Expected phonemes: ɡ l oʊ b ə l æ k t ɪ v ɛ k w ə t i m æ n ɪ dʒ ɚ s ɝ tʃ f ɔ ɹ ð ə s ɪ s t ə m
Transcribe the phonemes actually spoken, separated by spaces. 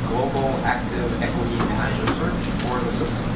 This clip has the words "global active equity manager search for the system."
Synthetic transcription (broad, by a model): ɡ l oʊ b l æ k t ɪ v ɛ k w ə t i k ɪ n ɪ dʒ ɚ s ɝ tʃ f ɔ ɹ ð ə s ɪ s t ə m